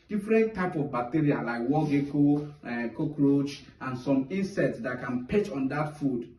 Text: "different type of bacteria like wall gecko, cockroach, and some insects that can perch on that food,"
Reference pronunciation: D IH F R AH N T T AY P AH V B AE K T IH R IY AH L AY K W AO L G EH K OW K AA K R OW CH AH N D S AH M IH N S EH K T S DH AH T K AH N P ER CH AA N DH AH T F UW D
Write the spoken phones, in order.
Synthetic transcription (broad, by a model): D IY F R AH N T T AY P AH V B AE K T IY R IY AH L AY K W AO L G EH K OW K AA K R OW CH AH N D S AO M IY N S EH T S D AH T K AH N P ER CH AA N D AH T F UW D